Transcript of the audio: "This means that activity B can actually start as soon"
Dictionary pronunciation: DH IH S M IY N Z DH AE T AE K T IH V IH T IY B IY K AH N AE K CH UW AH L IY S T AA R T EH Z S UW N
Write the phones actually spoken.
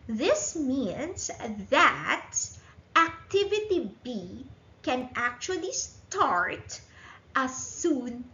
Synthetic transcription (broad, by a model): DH IH S M IY N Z DH AE T AE K T IH V IH T IY B IY K AH N AE K CH UW AH L IY S T AA R T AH S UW N